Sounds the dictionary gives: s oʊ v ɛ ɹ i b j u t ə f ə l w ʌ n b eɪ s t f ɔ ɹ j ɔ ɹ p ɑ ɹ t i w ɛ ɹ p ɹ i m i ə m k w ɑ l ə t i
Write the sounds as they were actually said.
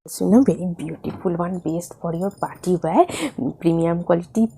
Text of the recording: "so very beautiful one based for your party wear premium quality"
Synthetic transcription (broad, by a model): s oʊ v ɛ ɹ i b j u t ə p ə l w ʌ n b eɪ s t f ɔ ɹ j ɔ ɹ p ɑ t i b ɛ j p ɹ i m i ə m k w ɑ l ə t i